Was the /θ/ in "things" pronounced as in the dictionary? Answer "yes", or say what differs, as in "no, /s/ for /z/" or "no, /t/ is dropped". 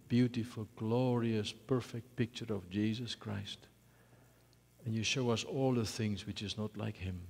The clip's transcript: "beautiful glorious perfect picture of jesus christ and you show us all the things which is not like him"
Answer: yes